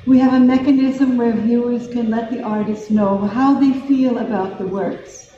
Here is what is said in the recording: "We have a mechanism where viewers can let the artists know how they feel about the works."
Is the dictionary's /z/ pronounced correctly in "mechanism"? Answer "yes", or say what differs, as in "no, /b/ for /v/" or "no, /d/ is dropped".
yes